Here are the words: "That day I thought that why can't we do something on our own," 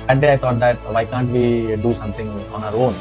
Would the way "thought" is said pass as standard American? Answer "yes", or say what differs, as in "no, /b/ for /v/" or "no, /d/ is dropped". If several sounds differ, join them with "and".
no, /t/ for /θ/